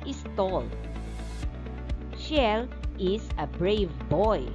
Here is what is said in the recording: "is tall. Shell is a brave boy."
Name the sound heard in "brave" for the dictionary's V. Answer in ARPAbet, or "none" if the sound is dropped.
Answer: V